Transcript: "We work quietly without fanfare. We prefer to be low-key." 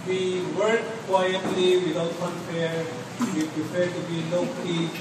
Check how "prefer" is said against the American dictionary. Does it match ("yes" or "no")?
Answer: no